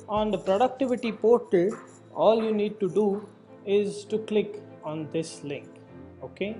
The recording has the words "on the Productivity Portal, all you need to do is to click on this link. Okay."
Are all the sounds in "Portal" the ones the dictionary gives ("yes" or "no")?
yes